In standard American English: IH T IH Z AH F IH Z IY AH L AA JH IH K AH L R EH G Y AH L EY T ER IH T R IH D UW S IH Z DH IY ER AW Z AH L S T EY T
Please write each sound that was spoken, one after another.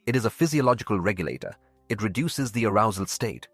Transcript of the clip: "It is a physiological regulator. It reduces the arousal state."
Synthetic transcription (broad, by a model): IH T IH Z AH F IH Z IY AH L AA JH IH K AH L R EH G Y AH L EY T ER IH T R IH D UW S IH Z DH IY ER AW Z AH L S T EY T